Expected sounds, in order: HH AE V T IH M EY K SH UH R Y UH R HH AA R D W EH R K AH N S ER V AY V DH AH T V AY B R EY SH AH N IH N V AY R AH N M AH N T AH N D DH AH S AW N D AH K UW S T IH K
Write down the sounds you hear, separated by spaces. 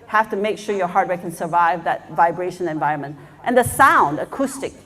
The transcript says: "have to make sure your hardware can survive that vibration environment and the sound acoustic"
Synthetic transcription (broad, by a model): HH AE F T IH M EY K SH UH R Y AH R HH AA R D W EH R K AH N S ER V AY V DH AH T V AY B R EY SH AH N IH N V AY R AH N M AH N T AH N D DH AH S AW N D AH K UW S T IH K